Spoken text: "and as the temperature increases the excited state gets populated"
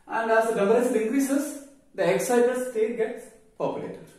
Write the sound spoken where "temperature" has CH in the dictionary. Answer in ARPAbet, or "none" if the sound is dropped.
S